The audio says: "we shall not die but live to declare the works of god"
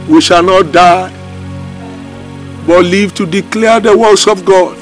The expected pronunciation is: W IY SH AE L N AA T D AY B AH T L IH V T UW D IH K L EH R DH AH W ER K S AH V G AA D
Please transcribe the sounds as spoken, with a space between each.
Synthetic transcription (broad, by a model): W IY SH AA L N AA T D AY B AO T L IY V T UW D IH K L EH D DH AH W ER S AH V G AA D